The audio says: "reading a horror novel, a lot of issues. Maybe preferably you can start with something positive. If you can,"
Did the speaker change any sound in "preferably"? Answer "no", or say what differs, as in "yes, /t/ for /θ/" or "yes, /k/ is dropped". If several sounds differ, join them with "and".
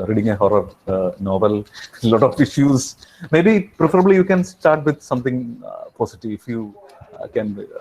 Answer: no